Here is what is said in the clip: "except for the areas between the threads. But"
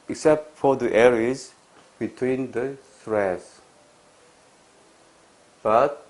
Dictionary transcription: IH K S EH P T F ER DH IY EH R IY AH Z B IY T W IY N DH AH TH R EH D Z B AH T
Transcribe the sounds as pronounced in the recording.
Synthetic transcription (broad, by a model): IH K S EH P T F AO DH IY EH R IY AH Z B IY T W IY N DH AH S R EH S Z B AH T